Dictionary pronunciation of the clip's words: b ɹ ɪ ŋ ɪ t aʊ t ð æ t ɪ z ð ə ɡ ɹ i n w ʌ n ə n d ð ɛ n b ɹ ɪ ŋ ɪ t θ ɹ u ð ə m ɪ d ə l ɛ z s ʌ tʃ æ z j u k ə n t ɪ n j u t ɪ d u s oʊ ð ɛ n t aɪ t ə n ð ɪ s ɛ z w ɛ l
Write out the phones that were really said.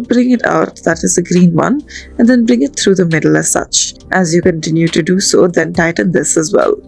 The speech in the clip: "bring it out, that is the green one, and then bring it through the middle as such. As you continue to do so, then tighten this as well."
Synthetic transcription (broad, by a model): b ɹ ɪ ŋ ɪ t aʊ t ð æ t ɪ z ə ɡ ɹ i n w ʌ n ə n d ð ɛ n b ɹ ɪ ŋ ɪ t t ɹ u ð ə m ɪ d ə l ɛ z s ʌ tʃ æ z j u k ə n t ɪ n j u t ɪ d u s oʊ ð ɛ n t aɪ t ə n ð ɪ s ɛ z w ɛ l